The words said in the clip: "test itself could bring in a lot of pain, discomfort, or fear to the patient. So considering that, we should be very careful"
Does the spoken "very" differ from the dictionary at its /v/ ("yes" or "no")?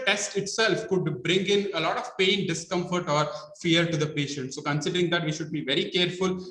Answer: no